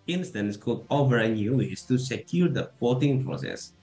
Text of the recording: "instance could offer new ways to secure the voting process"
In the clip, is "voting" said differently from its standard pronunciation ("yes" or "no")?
yes